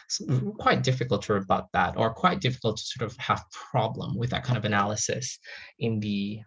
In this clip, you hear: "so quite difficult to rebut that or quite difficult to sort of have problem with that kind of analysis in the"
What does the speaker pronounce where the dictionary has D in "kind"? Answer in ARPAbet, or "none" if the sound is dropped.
none